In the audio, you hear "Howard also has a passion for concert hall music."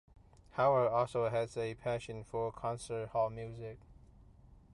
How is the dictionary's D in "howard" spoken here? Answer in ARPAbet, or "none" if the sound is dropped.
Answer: none